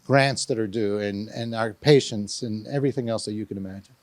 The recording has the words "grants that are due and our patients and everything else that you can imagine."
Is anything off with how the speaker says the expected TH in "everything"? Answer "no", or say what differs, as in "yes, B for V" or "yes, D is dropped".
no